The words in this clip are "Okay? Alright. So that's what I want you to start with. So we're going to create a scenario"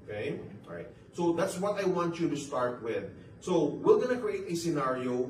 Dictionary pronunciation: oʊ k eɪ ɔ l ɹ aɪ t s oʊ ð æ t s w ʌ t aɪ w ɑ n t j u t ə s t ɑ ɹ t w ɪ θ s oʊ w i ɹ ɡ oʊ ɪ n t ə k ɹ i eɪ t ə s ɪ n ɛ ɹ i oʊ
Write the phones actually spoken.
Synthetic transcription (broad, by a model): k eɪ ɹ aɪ t s oʊ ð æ t s w ʌ t aɪ w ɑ n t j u t ə s t ɑ ɹ t w ɪ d s oʊ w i l ɡ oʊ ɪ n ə k ɹ i eɪ t ə s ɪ n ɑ ɹ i oʊ